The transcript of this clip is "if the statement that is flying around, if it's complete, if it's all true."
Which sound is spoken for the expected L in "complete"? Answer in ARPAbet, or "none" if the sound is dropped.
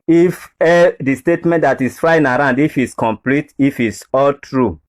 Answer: L